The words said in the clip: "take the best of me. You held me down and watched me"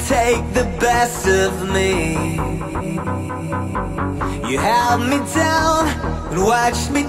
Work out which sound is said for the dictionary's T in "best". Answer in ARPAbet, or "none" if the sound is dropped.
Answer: T